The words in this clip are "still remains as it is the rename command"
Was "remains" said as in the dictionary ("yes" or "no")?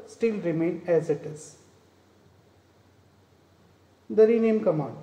no